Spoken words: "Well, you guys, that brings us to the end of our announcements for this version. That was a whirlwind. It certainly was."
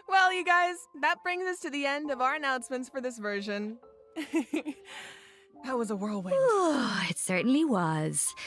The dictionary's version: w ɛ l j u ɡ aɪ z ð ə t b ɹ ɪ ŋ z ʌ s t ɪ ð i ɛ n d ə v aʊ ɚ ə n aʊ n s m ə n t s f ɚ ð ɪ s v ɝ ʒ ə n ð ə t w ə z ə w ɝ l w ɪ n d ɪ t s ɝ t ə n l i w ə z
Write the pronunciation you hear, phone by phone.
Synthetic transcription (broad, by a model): w ɛ l j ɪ ɡ aɪ z ð ə t b ɹ ɪ ŋ z ʌ s t ɪ ð i ɛ n d ə v aʊ ɚ ə n aʊ n s m ə n t s f ɚ ð ɪ s v ɝ ʒ ə n ð ə t w ə z ə w ɝ l w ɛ ɪ t s ɝ t n l i w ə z